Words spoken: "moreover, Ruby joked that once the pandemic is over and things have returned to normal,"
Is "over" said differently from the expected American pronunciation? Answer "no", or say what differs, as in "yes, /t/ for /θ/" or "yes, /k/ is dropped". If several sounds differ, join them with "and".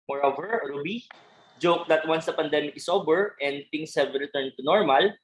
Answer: yes, /b/ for /v/